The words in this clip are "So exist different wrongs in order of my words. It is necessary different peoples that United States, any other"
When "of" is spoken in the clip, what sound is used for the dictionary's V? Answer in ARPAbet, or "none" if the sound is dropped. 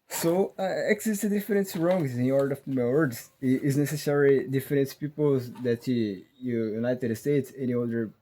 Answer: F